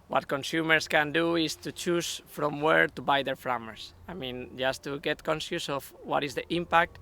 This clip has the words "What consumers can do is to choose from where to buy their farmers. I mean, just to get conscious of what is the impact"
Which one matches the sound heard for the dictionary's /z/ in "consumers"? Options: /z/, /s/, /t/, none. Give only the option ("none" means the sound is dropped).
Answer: /s/